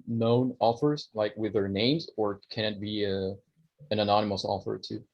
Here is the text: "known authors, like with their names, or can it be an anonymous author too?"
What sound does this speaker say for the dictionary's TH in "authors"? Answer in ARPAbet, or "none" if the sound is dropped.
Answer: F